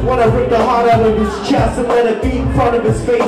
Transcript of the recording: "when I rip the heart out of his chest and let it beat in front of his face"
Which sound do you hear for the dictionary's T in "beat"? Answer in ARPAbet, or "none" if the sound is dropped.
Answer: none